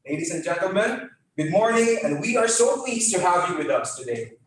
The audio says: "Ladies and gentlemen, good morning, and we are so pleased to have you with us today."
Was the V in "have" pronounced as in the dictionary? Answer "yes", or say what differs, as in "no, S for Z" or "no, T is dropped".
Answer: yes